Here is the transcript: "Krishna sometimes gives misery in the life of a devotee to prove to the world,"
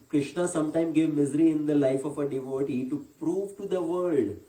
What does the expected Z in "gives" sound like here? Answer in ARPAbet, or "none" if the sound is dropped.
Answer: none